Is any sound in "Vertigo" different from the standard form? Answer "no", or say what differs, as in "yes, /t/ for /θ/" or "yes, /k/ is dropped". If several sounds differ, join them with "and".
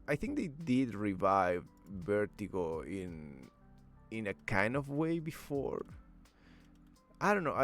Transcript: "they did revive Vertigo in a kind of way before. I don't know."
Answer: yes, /b/ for /v/